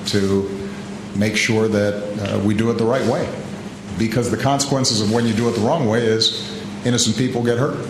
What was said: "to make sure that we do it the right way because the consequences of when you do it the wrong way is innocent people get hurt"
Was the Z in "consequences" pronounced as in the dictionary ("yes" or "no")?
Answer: yes